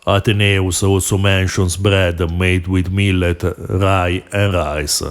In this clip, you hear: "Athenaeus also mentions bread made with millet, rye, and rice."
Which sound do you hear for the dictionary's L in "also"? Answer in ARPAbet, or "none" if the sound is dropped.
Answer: none